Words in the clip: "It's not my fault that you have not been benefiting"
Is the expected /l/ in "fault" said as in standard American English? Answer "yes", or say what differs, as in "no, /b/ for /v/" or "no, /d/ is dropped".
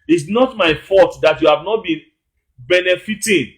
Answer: no, /l/ is dropped